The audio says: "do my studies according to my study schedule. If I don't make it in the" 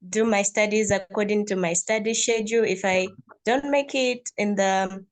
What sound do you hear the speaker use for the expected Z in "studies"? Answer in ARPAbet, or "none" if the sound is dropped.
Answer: Z